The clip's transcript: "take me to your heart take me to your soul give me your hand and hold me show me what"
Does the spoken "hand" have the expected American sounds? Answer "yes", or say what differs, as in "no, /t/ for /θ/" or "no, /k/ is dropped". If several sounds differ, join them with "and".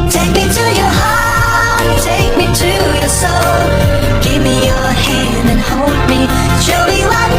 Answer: yes